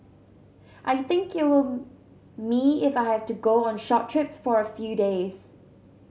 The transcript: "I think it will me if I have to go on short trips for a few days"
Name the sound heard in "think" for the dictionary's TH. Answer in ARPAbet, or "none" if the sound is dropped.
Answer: TH